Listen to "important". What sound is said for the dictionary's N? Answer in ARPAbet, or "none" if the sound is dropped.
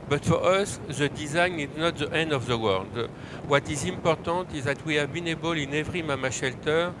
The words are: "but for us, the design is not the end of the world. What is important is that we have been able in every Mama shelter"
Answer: none